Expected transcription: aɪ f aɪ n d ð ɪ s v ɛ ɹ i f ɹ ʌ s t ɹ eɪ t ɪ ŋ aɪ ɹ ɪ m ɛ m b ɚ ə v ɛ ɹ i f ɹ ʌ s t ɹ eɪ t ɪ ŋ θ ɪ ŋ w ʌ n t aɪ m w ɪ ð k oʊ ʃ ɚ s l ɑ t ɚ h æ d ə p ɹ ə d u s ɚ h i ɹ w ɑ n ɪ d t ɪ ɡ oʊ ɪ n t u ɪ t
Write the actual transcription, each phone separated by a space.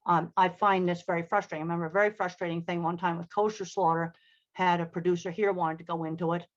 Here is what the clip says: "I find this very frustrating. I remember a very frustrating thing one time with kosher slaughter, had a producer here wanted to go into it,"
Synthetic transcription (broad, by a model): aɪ f aɪ n ð ɪ s v ɛ ɹ i f ɹ ʌ s t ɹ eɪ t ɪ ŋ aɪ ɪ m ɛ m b ɚ ə v ɛ ɹ i f ɹ ʌ s t ɹ eɪ t ɪ ŋ θ ɪ ŋ w ʌ n t aɪ m w ɪ ð k oʊ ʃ ɚ s l ɑ t ɚ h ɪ d ə p ɹ ə d u s ɚ h i ɹ w ɑ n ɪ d t ɪ ɡ oʊ ɪ n t u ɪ t